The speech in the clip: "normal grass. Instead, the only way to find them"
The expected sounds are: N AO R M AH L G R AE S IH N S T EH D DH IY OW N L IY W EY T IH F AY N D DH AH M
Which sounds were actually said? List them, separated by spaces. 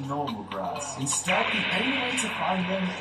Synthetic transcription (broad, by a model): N AO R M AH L G R AE S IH S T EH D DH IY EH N IY W EY T IH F AY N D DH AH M